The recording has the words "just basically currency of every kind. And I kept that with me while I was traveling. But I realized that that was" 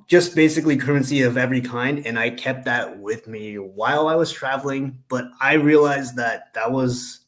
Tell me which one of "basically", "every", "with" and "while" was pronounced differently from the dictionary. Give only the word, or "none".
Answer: none